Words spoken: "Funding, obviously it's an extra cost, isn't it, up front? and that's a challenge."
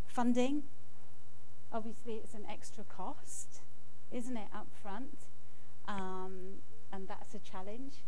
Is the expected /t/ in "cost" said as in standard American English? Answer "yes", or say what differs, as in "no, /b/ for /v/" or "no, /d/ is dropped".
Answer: yes